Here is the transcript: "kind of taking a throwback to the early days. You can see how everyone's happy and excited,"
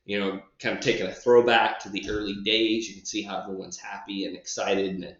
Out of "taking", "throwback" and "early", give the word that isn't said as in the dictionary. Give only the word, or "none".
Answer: none